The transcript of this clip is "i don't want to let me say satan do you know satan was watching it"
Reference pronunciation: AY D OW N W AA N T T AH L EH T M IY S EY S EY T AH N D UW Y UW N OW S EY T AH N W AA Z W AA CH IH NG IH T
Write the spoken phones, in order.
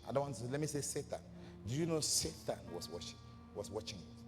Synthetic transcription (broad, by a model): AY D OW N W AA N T S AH L EH T M IY S EY S EY T AH N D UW Y UW N OW S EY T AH N W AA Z W AA CH IH NG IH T